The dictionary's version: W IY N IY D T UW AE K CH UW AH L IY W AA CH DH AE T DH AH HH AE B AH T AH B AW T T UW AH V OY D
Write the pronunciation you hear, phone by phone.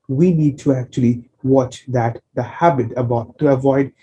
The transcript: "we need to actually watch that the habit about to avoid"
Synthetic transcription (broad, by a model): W IY N IY D T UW AE K CH UW AH L IY W AA CH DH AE T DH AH HH AE B AH T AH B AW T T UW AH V OY D